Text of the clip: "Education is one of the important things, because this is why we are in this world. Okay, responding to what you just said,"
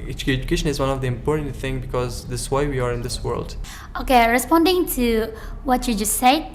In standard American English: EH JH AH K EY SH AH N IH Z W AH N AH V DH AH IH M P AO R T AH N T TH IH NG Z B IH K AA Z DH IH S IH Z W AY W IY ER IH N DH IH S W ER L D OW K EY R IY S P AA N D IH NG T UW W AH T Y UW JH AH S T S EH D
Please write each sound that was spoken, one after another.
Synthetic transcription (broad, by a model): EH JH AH K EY SH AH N IH Z W AH N AH V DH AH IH M P AO R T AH N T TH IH NG B IH K AA Z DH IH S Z W AY W IY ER IH N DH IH S W ER L D OW K EY R IY S P AA N D IH NG T UW W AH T Y UW JH AH S T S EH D